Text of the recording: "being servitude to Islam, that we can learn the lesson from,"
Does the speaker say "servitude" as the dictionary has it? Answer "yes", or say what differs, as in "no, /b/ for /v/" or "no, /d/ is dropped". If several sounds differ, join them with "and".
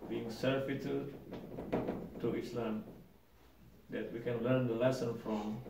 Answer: no, /f/ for /v/